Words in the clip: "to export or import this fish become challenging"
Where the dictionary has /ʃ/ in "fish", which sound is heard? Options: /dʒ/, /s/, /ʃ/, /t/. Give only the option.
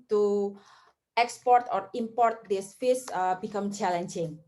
/s/